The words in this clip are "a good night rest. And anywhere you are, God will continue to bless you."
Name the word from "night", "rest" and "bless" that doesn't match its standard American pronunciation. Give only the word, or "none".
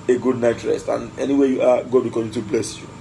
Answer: none